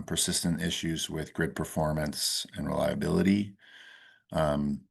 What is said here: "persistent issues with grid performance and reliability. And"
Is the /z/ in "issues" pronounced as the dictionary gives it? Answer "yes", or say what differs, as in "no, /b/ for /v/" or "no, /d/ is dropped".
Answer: yes